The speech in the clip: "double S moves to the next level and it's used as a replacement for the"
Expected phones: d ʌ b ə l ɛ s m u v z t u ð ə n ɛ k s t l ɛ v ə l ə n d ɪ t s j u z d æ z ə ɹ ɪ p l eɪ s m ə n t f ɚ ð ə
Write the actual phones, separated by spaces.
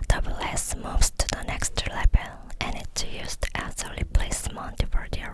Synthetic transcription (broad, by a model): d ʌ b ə l ɛ s m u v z t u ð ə n ɛ k s t l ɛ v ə l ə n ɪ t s j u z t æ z ə l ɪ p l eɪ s m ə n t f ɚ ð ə